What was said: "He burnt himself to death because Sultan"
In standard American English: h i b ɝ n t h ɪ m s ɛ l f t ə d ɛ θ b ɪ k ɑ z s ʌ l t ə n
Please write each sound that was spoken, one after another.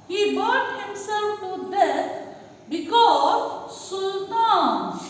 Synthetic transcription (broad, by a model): h i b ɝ t h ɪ m s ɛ l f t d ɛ s b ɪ k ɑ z s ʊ l t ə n